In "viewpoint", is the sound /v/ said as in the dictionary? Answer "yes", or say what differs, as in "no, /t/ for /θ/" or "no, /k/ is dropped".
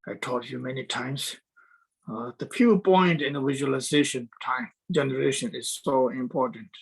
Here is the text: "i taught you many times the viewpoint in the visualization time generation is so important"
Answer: no, /p/ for /v/